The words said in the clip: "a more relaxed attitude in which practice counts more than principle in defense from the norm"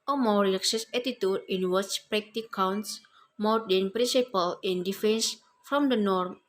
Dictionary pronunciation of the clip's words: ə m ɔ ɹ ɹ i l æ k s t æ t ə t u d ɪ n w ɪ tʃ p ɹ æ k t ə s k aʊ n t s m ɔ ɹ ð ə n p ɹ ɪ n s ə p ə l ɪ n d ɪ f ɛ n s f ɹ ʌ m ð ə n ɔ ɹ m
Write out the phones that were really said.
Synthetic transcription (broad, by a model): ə m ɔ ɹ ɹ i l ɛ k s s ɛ t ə t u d ɪ n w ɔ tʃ p ɹ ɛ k t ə k aʊ n t s m ɔ ɹ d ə n p ɹ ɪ n s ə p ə l ɪ n d ɪ f ɛ n s f ɹ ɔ m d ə n ɔ ɹ m